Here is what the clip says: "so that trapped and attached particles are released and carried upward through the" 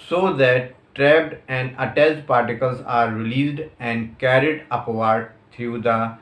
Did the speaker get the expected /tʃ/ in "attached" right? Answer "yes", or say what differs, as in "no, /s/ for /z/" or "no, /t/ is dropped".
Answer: no, /s/ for /tʃ/